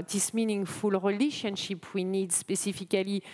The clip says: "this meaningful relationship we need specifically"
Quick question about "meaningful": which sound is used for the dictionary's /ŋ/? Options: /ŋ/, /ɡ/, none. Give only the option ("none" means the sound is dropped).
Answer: /ŋ/